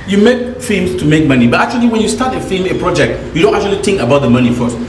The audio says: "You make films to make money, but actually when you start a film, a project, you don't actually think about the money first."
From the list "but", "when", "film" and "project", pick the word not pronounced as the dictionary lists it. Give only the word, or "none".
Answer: film